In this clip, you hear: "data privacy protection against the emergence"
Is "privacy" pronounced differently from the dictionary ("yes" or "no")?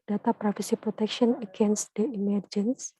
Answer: yes